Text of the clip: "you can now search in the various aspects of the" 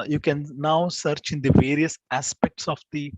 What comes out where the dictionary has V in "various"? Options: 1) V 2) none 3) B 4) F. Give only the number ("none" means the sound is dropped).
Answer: 1